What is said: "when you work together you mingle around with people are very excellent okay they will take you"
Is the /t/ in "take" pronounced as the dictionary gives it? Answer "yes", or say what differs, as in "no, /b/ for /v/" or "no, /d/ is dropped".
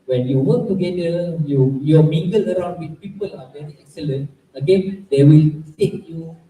no, /s/ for /t/